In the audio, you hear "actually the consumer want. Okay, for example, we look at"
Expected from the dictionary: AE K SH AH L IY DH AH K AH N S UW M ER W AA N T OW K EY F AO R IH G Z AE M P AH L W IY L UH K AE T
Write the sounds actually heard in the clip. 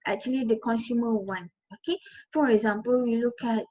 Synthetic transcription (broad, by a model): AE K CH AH L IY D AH K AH N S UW M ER W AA N OW K EY F AO R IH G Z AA M P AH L W IY L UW K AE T